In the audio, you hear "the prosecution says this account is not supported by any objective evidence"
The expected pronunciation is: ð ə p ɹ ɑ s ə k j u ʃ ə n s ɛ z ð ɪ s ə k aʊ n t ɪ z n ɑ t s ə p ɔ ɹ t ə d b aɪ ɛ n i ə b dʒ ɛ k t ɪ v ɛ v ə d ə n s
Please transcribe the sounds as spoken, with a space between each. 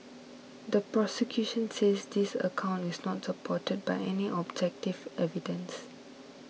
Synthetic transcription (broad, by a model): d ə p ɹ ɑ s ə k j u ʃ ə n s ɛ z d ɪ s ə k aʊ n t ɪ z n ɑ t s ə p ɔ t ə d b aɪ ɛ n i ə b dʒ ɛ k t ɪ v ɛ v ə d ə n s